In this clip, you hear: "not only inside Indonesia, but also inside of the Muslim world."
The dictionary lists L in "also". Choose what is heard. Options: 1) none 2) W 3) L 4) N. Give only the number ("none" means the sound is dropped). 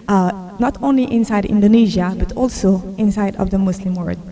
3